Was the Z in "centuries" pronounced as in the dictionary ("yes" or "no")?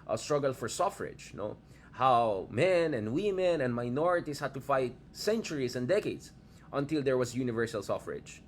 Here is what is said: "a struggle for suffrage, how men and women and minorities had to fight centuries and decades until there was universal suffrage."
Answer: no